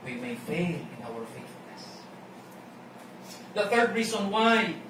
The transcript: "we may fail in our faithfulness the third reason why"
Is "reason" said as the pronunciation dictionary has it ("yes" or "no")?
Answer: no